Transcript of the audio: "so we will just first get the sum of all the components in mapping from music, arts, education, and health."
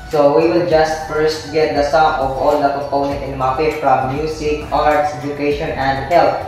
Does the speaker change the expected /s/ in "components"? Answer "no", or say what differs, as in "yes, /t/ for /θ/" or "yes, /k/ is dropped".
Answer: yes, /s/ is dropped